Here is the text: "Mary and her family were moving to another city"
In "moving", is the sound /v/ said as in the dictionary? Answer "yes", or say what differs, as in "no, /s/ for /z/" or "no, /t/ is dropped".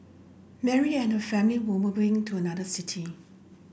no, /b/ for /v/